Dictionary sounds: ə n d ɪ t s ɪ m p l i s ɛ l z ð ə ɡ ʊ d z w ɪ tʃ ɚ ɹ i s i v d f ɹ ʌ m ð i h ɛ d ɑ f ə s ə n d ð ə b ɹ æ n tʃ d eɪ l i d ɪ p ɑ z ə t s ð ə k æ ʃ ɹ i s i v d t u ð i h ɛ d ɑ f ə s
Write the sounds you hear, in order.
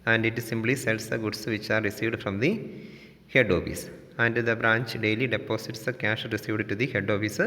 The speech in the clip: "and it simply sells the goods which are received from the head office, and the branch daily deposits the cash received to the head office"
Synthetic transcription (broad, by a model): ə n d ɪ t s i m b l i s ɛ l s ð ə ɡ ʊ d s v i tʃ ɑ ɹ i s i v d f ɹ ʌ m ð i h ɛ d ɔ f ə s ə n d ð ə b ɹ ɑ n tʃ d eɪ l i d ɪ p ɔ s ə t s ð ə k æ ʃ ɹ i s i v d t u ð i h ɛ d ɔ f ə s